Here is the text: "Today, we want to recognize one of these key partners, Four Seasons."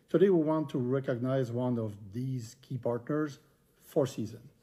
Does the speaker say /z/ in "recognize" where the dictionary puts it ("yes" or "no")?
yes